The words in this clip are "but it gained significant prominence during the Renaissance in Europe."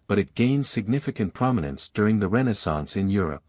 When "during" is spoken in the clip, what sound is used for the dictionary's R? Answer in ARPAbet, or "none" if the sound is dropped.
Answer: R